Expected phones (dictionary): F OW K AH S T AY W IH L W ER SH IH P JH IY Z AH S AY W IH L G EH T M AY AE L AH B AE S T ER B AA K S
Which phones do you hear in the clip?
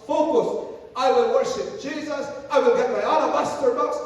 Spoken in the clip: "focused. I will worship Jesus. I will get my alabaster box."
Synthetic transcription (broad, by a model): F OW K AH S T AY W IH L W ER SH IH P JH IY Z AH S AY W IH L G EH T M AY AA N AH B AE S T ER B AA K S